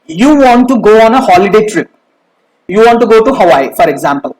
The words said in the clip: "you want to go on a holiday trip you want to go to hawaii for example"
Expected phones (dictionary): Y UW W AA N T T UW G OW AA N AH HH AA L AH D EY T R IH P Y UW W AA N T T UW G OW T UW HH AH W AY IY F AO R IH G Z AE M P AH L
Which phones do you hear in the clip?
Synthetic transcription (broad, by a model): Y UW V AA N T T UW G OW AA N AH HH AA L AH D EY T R IH P Y UW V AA N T T UW G OW T UW HH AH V AY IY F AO R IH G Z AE M P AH L